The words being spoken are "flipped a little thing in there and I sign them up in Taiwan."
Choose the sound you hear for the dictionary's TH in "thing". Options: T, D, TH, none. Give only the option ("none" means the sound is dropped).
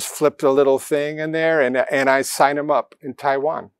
TH